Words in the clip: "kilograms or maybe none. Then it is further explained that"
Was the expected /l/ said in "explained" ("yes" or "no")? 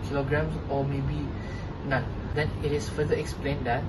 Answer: yes